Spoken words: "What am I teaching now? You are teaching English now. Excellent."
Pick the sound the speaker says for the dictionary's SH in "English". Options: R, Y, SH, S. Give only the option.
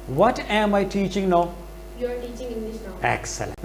S